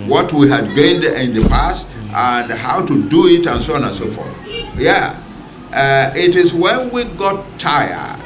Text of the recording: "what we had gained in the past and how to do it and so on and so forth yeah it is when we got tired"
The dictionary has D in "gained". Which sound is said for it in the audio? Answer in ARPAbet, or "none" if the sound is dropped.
D